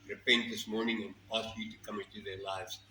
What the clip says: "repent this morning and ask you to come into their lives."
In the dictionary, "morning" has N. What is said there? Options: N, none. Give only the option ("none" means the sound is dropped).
N